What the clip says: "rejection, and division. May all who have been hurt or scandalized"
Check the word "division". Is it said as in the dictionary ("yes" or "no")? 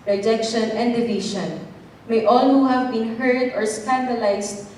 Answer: no